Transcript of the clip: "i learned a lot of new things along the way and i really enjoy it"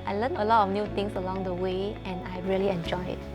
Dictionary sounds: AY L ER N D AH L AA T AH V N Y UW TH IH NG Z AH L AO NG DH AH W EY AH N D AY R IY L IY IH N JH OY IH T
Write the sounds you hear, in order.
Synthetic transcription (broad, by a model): AY L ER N AH L AA T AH F N Y UW T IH NG S AH L AO NG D AH W EY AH N AY R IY L IY IH N JH OY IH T